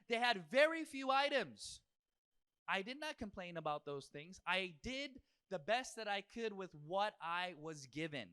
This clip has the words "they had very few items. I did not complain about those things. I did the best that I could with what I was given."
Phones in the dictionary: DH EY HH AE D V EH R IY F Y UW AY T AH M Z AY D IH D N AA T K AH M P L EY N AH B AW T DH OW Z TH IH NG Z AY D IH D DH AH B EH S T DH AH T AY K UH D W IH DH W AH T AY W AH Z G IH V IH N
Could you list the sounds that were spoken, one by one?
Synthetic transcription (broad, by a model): DH EY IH D V EH R IY F Y UW AY T AH M Z AY D IH D N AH T K AH M P L EY N AH B AW T DH OW Z TH IH NG Z AY D IH D DH AH B EH S T DH AH T AY K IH D W IH DH W AH T AY W AH Z G IH V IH N